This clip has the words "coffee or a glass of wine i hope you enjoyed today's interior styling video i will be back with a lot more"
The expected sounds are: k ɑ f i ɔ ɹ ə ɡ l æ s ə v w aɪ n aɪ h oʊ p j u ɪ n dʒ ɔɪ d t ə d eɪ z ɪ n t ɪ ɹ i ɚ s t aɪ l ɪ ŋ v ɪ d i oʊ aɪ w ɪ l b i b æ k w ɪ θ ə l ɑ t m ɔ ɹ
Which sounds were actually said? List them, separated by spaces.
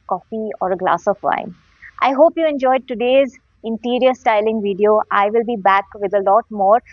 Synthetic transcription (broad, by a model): k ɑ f i ɔ ɹ ə ɡ l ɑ s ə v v aɪ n aɪ h oʊ p j u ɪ n dʒ ɔɪ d t ə d eɪ z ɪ n t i ɹ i ɚ s t aɪ l ɪ ŋ v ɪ d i oʊ aɪ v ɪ l b i b æ k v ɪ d ə l ɑ t m ɔ ɹ